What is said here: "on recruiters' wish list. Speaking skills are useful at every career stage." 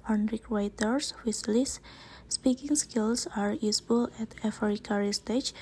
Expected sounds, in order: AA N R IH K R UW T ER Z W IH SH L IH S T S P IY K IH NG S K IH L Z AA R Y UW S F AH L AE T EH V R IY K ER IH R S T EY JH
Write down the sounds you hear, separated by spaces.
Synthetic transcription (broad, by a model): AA N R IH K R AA T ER S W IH S L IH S S P IY K IH NG S K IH L S AA R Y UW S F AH L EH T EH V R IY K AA R S T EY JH